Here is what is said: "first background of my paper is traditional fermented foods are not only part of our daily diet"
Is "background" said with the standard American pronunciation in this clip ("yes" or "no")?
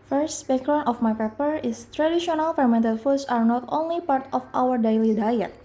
no